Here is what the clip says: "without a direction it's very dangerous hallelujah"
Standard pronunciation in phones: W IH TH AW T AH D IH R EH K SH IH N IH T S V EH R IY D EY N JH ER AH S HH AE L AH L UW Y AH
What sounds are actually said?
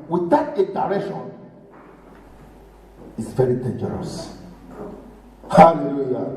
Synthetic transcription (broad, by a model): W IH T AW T AH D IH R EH SH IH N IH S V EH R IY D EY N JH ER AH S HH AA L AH L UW Y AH